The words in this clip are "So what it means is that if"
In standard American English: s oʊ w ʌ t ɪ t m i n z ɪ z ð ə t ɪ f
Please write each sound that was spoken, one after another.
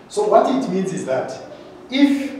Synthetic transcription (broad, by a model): s oʊ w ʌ t ɪ t m i n z ɪ z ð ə t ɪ f